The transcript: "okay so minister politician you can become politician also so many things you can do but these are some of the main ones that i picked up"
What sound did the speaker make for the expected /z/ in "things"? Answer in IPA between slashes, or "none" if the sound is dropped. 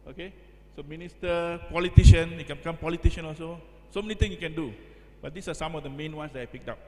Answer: none